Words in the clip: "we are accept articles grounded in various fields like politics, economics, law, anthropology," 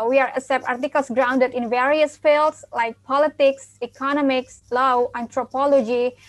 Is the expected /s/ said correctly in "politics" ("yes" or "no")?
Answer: yes